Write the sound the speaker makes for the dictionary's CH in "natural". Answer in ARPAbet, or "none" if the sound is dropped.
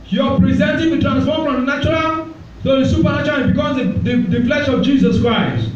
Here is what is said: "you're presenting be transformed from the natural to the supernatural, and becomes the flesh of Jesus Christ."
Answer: none